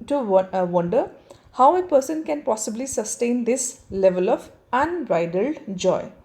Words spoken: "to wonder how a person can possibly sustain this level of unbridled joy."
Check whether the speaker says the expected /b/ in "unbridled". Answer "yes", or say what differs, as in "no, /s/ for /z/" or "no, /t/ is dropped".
no, /b/ is dropped